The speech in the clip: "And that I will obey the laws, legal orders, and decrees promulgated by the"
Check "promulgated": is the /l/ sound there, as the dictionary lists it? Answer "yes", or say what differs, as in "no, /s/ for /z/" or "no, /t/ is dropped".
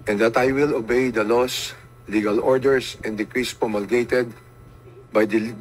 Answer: yes